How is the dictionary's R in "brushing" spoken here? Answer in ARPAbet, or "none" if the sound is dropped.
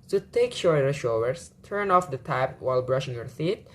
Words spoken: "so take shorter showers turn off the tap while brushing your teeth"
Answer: R